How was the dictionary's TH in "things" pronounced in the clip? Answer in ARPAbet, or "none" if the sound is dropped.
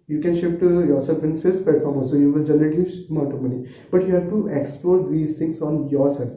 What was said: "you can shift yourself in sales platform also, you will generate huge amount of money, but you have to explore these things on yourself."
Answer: T